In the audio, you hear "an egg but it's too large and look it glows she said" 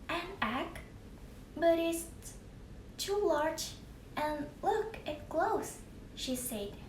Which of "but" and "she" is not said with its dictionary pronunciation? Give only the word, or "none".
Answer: none